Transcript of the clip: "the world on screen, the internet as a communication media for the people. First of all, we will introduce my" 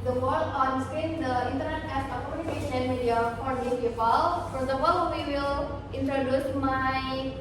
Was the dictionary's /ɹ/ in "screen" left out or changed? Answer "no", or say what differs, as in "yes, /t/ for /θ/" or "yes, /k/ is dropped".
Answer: yes, /ɹ/ is dropped